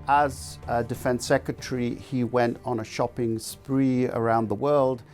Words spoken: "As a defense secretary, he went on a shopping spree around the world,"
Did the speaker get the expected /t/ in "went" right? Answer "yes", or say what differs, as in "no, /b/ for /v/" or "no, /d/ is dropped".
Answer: yes